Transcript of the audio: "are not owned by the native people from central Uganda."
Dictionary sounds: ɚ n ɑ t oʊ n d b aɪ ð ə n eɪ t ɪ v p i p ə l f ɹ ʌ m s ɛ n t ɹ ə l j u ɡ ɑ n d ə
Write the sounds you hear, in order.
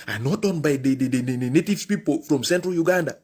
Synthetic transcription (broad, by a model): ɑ n ɑ t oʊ n b aɪ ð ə n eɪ t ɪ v p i p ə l f ɹ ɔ m s ɛ n t ɹ ə l j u ɡ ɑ n d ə